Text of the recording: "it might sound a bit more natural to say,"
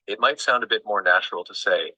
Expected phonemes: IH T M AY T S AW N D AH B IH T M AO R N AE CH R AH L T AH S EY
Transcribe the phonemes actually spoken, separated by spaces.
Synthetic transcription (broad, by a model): IH T M AY T S AW N D AH B IH T M AO R N AE CH R L T AH S EY